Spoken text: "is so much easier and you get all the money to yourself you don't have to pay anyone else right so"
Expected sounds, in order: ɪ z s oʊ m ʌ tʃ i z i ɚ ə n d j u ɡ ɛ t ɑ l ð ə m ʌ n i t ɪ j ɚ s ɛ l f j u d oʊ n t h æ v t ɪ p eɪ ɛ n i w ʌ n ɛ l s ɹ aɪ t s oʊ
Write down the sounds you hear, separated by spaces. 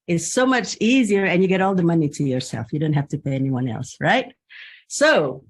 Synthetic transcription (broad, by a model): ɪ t s oʊ m ʌ tʃ i z i ɚ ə n j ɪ ɡ ɛ t ɑ l ð ə m ʌ n i t ɪ j ɚ s ɛ l f j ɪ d oʊ n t h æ f t ɪ p eɪ ɛ n i w ʌ n ɛ l s ɹ aɪ t s oʊ